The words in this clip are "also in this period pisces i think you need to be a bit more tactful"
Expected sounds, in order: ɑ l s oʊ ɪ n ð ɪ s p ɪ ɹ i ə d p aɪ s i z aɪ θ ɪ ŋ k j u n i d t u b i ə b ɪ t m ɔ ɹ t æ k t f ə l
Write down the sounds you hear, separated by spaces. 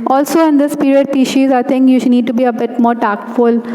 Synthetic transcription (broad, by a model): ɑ l s oʊ ɪ n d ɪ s p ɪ ɹ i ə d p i ʃ i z aɪ t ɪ ŋ k j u n i d t u b i ə b ɪ t m ɔ ɹ t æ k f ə l